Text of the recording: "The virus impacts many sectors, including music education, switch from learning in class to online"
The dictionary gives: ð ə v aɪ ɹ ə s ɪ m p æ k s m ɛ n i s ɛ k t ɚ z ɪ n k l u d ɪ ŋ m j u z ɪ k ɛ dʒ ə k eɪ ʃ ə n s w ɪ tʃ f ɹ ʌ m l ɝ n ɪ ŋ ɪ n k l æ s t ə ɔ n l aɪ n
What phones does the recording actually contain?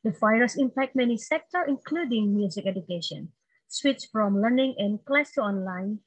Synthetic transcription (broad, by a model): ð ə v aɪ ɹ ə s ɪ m p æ k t m ɛ n i s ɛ k t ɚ ɪ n k l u d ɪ ŋ m j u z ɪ k ɛ dʒ ə k eɪ ʃ ə n s w ɪ tʃ f ɹ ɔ m l ɝ n ɪ ŋ ɪ n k l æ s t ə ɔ n l aɪ n